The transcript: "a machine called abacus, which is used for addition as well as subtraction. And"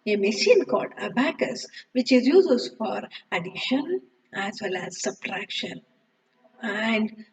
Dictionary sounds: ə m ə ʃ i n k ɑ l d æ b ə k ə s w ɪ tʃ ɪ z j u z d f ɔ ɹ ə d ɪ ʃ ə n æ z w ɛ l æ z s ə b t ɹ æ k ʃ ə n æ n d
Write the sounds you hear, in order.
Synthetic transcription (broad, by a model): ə m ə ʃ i n k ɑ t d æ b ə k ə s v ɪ tʃ ɪ z j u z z f ɔ ɹ ə d ɪ ʃ ə n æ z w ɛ l æ z s ə b t ɹ æ k ʃ ə n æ n d